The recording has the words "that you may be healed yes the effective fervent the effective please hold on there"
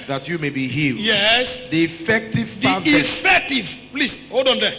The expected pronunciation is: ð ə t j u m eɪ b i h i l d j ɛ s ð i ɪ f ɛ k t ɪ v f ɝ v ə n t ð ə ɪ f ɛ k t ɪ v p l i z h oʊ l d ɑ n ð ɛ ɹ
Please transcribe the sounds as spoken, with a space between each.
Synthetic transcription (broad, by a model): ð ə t j u m eɪ b i h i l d j ɛ s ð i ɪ f ɛ k t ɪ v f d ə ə ɪ f ɛ k t ɪ v p l i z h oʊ d ɑ n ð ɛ